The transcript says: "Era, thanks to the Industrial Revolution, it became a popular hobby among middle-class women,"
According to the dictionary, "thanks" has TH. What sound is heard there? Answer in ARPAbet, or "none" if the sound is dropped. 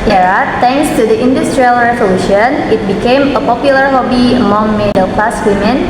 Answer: T